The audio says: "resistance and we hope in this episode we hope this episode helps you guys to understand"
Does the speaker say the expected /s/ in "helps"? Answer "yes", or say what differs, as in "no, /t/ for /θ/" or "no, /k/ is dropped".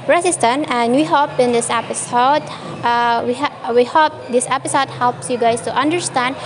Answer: yes